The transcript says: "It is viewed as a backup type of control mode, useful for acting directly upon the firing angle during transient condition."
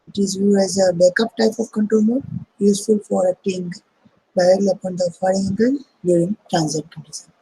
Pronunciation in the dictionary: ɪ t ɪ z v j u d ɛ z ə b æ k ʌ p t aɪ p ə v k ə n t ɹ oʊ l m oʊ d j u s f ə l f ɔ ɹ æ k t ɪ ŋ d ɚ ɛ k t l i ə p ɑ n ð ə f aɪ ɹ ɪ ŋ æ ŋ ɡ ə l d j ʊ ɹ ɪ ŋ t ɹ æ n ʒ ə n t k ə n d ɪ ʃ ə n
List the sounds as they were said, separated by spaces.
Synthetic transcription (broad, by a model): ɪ t ɪ z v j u ɛ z ə b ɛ k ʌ p t aɪ p ə v k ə n t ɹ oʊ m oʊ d j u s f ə l f ɔ ɹ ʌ t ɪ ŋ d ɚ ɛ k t l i ə p ɑ n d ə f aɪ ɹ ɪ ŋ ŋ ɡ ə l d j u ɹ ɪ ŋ t ɹ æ n z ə t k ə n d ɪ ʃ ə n